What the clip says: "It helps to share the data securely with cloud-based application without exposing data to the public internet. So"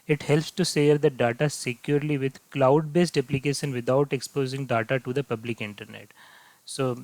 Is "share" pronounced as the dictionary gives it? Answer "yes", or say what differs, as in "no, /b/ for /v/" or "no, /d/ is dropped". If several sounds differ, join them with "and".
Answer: no, /s/ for /ʃ/